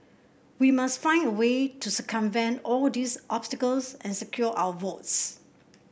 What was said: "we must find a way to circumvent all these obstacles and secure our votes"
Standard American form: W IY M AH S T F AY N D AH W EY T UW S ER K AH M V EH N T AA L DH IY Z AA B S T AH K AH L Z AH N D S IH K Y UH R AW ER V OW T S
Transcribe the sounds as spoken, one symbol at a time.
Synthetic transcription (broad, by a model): W IY M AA S T F AY N D AH W EY T UW S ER K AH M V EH N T AA L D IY S AA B S T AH K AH L S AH N S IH K Y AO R AW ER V OW T S